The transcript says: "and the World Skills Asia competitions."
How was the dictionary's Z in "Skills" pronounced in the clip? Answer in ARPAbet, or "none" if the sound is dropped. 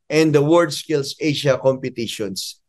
S